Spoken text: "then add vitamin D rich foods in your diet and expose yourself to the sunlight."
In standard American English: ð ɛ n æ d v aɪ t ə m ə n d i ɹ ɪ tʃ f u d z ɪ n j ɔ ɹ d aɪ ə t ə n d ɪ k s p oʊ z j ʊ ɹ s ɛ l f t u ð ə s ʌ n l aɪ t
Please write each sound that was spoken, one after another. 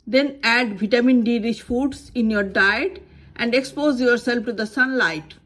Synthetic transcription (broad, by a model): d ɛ n æ d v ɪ t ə m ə n d i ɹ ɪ ʃ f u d s ɪ n j ɔ ɹ d aɪ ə t ə n d ɪ k s p oʊ z j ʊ ɹ s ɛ l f t u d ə s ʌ n l aɪ t